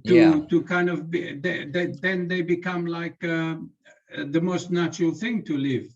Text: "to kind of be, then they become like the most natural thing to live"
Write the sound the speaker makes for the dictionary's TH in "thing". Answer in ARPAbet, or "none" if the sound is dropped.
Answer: TH